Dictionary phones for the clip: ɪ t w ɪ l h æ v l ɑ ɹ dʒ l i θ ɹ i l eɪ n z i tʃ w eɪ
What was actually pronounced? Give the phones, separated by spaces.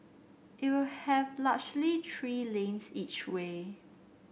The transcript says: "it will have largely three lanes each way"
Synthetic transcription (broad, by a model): ɪ t w ɪ l h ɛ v l ɑ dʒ l i t ɹ i l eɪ n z i tʃ w eɪ